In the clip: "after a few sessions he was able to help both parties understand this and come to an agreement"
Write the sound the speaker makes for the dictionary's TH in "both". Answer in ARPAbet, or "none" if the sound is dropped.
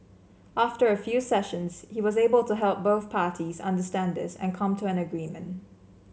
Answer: TH